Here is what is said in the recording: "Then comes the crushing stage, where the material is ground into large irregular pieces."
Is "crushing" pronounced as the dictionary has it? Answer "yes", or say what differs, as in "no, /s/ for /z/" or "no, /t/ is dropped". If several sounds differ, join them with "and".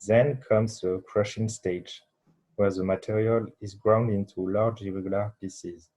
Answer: yes